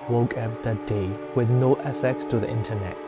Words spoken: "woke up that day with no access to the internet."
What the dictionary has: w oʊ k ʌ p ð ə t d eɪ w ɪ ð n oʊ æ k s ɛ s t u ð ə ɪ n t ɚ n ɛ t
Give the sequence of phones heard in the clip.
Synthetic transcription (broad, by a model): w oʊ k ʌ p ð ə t d eɪ w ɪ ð n oʊ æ s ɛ s t u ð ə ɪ n t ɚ n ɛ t